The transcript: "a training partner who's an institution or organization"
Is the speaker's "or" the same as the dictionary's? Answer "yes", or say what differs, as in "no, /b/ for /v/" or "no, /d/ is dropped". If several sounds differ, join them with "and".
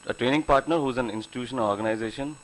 no, /l/ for /ɹ/